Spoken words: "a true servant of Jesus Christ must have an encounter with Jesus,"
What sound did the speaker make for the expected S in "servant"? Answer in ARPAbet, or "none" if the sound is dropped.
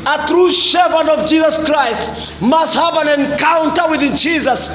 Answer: SH